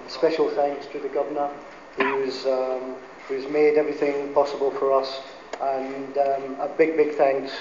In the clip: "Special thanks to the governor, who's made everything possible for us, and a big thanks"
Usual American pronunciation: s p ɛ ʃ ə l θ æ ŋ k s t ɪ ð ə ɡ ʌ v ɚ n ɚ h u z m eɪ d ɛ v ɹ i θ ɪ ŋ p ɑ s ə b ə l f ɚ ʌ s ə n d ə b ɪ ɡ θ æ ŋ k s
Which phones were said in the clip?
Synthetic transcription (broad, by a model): s p ɛ ʃ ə l θ æ ŋ k s t ɪ ð ə ɡ ʌ v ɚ n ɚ h u z m eɪ d ɛ v ɹ i θ ɪ ŋ p ɑ s ə b ə l f ɚ ʌ s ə n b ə b ɪ ɡ θ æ ŋ k s